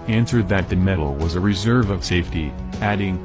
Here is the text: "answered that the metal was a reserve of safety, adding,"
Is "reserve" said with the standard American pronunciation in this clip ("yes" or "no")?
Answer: yes